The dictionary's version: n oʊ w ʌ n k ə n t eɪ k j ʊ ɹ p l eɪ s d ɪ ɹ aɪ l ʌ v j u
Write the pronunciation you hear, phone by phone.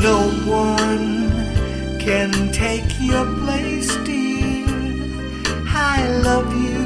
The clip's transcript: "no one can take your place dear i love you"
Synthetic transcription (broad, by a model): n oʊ w ʌ n k ə n t eɪ k j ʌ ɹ p l eɪ s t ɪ l aɪ l ʌ v j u